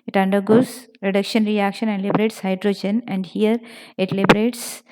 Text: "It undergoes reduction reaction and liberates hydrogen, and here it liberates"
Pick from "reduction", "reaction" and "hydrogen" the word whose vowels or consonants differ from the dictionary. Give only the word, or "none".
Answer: none